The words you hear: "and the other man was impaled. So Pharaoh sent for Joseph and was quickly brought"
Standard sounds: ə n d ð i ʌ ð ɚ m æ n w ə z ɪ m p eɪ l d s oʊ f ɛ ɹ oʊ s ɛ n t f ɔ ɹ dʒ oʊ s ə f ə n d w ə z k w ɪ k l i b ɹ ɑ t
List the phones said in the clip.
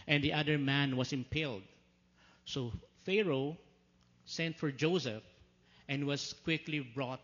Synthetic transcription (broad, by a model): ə n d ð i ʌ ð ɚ m æ n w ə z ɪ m p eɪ l d s oʊ f ɛ ɹ oʊ s ɛ n t f ɔ ɹ dʒ oʊ s ə f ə n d w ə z k w ɪ k l i b ɹ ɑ t